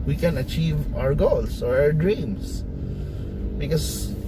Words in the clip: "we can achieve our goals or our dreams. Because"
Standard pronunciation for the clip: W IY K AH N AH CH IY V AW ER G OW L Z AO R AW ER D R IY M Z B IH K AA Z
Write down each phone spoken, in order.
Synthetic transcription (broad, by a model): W IY K AH N AH CH IY V AW ER G OW L S AO R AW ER D R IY M S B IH K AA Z